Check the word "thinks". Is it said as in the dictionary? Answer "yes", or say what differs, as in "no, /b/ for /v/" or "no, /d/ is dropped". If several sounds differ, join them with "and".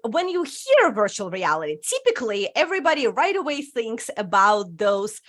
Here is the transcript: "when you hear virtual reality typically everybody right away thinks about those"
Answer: yes